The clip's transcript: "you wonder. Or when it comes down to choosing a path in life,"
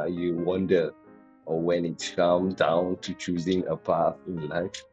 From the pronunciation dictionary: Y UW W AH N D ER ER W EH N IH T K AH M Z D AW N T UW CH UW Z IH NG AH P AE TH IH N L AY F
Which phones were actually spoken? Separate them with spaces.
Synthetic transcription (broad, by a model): Y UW W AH N D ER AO W EH N IH T K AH M D AW N T UW CH UW Z IH NG AH P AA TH IH N L AY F